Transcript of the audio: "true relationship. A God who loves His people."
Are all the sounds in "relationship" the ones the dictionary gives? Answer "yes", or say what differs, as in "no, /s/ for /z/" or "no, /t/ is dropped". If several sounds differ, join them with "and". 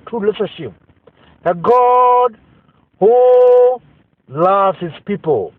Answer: no, /n/ is dropped